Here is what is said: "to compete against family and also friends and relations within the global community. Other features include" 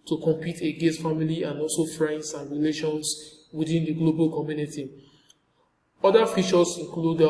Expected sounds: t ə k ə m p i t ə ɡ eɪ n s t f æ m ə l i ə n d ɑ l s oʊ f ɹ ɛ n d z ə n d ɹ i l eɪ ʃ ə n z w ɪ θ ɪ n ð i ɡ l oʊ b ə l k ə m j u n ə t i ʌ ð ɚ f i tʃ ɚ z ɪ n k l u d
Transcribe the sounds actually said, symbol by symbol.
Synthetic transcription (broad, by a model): t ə k ə m p i t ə ɡ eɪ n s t f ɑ m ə l i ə n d ɑ l s oʊ f ɹ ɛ n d s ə n ɹ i l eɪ ʃ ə n s w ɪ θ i n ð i ɡ l oʊ b ə l k ə m j u n ə t i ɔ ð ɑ f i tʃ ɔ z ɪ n k l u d